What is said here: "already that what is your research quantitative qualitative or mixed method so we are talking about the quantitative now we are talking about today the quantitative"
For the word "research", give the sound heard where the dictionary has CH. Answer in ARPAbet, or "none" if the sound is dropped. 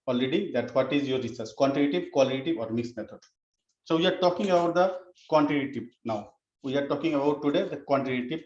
S